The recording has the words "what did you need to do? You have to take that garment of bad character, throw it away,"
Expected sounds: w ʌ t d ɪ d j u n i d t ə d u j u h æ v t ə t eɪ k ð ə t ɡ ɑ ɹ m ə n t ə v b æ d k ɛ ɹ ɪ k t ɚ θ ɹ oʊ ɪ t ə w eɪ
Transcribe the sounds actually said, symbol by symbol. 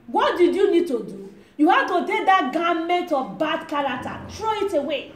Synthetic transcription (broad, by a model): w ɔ t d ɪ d j u n i d t ə d u j u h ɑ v t ə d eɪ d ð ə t ɡ ɑ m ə n t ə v b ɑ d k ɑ l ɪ t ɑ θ ɹ oʊ ɪ t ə w eɪ